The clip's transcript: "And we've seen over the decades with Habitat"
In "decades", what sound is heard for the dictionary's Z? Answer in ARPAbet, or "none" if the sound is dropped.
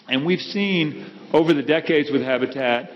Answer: Z